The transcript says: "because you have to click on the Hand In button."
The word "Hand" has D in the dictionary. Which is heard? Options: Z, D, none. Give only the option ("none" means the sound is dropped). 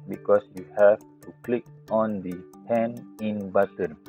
none